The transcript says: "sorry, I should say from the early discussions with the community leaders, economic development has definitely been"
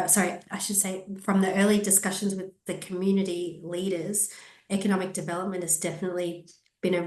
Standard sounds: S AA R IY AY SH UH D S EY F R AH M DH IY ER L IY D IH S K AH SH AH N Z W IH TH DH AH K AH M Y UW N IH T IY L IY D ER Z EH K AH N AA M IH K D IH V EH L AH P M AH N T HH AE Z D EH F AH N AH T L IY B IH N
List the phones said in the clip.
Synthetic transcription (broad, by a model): S AA R IY AY SH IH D S EY F R AH M DH IY ER L IY D IH S K AH SH AH N Z W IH DH AH K AH M Y UW N IH T IY L IY D ER Z EH K AH N AA M IH K D IH V EH L AH P M AH N T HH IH Z D EH F AH N AH T L IY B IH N